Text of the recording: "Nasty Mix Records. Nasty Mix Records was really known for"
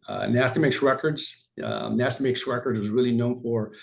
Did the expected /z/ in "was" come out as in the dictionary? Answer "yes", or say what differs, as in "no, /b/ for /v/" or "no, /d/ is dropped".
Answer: yes